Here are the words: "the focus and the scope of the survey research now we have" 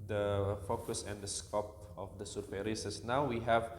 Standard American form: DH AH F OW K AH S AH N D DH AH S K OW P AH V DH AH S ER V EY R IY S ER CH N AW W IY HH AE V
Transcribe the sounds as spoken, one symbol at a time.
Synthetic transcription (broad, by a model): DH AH F OW K AH S AH N D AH S K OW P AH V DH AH S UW F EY R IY S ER S N AW W IY HH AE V